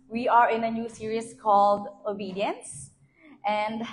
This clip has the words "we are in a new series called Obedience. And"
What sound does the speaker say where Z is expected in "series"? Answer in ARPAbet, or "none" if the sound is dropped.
S